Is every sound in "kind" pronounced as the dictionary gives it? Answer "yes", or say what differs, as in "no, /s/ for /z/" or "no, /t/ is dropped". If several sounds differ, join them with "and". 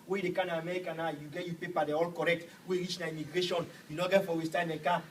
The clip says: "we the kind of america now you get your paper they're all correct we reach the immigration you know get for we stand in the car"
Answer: no, /d/ is dropped